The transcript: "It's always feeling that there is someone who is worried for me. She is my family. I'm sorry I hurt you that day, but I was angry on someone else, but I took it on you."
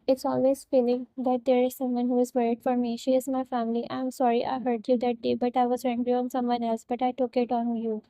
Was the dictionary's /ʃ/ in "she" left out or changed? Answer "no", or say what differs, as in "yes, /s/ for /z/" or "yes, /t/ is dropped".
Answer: no